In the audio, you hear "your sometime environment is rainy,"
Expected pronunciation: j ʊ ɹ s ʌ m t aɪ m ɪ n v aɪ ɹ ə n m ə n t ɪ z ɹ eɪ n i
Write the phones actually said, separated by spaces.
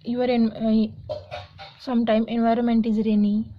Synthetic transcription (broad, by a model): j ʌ ɹ s ʌ m t aɪ m ɪ n v aɪ ɹ ə n m ə n t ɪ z ɹ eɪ n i